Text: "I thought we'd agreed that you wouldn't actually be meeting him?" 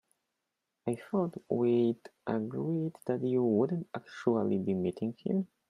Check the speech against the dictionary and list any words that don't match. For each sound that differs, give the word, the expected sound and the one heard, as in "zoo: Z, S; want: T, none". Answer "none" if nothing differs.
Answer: none